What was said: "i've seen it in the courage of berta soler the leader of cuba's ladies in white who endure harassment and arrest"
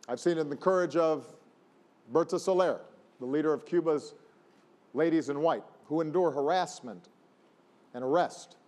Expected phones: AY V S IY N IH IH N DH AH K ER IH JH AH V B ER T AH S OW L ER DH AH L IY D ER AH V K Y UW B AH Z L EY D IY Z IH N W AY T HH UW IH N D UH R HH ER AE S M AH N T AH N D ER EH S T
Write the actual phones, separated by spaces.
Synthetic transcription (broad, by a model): AY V S IY N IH IH N DH AH K ER IH JH AH V B ER T AH S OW L ER DH AH L IY D ER AH V K Y UW B AH Z L EY D IY Z IH N W AY T HH UW IH N D UH R HH ER AE S M AH N T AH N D ER EH S T